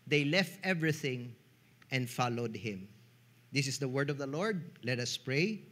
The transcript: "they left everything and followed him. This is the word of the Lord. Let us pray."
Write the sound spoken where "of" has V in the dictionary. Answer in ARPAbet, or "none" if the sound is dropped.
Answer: V